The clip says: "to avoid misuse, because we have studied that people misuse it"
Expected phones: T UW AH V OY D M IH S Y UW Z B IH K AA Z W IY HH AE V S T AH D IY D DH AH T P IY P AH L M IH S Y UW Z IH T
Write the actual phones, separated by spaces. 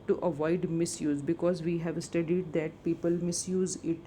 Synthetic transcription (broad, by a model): T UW AH V OY D M IH S Y UW Z B IH K AA Z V IY HH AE V S T AH D IY D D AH T P IY P AH L M IH S Y UW Z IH T